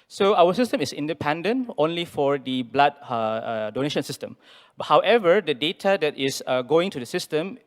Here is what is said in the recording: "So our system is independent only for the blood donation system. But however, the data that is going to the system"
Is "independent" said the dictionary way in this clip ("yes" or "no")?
yes